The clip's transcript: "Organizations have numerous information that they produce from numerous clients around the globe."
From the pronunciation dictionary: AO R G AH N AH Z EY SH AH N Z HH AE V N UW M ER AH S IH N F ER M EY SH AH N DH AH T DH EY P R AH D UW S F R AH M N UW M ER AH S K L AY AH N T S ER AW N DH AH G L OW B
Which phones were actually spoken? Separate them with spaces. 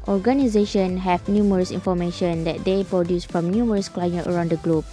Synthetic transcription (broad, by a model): AO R G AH N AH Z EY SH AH N HH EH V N UW M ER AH S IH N F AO M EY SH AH N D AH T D EY P R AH D UW S F R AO M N UW M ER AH S K L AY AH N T ER AW N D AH G L OW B